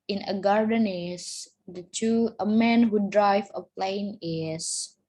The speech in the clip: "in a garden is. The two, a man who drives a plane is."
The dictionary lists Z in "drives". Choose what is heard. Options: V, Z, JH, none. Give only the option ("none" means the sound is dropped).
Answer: none